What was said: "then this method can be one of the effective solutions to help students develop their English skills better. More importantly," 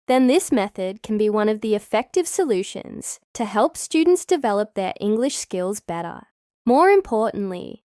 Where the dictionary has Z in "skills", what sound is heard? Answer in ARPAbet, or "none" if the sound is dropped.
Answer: Z